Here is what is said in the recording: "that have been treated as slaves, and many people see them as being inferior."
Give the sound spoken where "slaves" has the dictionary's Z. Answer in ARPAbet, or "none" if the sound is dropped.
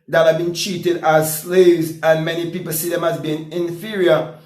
Z